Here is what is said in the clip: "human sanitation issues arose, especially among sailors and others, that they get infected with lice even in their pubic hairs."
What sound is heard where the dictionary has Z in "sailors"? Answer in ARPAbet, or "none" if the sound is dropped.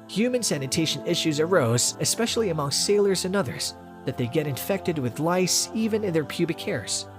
Z